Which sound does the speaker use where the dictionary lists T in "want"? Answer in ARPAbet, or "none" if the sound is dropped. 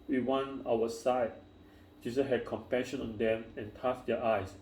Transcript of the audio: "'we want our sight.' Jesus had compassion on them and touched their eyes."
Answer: none